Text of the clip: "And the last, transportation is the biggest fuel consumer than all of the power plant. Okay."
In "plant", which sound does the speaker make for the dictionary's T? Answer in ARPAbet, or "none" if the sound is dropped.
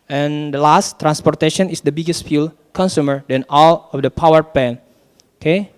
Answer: none